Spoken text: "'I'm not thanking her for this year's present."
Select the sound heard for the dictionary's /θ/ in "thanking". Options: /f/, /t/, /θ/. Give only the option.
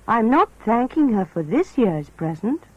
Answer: /θ/